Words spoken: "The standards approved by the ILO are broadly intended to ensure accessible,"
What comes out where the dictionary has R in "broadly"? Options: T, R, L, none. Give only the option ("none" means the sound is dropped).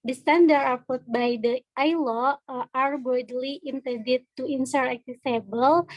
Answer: none